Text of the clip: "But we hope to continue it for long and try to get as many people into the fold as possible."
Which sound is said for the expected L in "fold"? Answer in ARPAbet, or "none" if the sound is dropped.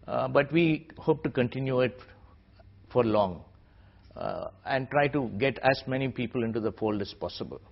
L